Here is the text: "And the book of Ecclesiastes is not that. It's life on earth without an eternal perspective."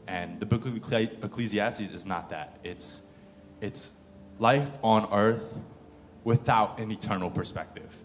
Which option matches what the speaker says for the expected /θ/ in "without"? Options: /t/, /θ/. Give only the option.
/θ/